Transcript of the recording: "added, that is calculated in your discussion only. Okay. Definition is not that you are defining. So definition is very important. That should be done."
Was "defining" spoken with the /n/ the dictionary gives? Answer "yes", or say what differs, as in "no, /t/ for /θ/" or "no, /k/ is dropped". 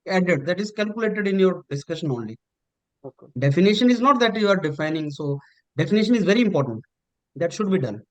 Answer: yes